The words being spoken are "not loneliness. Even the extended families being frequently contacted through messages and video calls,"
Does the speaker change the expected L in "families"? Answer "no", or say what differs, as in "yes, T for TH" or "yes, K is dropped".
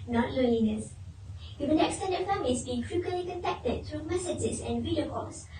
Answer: yes, L is dropped